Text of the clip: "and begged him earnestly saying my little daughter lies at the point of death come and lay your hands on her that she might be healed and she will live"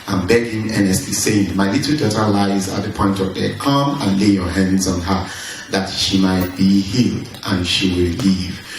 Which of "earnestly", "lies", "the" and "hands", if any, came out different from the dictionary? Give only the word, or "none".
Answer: earnestly